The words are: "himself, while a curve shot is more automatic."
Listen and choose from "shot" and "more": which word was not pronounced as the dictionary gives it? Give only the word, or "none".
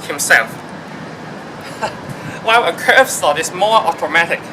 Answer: shot